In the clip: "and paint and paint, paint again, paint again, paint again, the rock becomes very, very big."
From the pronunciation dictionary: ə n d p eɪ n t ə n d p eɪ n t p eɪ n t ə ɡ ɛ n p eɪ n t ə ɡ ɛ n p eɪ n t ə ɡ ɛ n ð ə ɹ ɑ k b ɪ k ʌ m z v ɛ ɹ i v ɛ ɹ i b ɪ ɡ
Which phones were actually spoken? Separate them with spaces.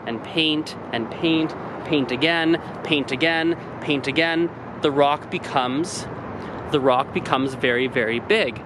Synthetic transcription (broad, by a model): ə n p eɪ n t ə n p eɪ n t p eɪ n t ə ɡ ɛ n p eɪ n t ə ɡ ɛ n p eɪ n t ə ɡ ɛ n ð ə ɹ ɑ k b ɪ k ʌ m z v ɛ ɹ i v ɛ ɹ i b ɪ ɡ